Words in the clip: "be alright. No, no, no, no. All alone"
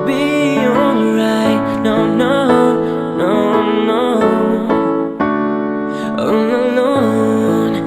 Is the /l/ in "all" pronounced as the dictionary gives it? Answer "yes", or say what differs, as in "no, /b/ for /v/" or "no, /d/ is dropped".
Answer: no, /n/ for /l/